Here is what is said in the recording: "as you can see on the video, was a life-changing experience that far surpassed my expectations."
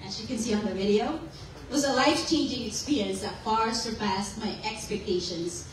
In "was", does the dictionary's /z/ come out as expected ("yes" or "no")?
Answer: yes